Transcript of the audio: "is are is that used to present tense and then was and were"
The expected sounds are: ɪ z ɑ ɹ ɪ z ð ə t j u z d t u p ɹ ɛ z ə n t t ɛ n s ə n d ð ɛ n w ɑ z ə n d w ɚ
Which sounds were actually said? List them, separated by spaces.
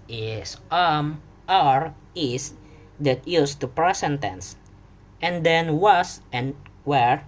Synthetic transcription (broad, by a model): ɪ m ɑ ɹ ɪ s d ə t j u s t u p ɹ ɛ s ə n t t ɛ n s ə n d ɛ n w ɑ s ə n w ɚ